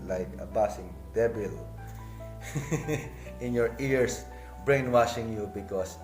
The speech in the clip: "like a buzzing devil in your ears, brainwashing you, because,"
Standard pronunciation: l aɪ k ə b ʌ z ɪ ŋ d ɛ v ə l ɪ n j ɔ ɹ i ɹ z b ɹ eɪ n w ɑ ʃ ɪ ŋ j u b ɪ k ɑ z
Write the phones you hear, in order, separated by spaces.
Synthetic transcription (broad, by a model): l aɪ k ə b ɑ s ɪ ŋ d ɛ b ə l ɪ n j ɔ ɹ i ɹ s b ɹ eɪ n w ɑ ʃ ɪ ŋ j u b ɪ k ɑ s